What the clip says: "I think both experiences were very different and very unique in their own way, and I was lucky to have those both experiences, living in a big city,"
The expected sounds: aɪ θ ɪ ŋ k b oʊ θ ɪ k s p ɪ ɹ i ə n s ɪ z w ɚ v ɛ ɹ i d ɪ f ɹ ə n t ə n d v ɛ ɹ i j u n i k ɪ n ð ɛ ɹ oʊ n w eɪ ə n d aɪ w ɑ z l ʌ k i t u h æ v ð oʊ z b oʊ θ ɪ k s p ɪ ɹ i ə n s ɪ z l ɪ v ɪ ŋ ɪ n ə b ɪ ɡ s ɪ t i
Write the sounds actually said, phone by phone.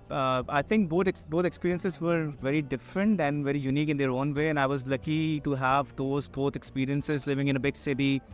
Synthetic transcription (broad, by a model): aɪ t ɪ ŋ k b oʊ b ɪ k s p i ɹ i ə n s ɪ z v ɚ v ɛ ɹ i d ɪ f ɹ ə n t ə n d v ɛ ɹ i j u n i k ɪ n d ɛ ɹ oʊ n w eɪ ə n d aɪ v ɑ z l ʌ k i t u h æ v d oʊ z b oʊ t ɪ k s p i ɹ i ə n s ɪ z l ɪ v ɪ ŋ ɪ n ə b ɪ ɡ s ɪ t i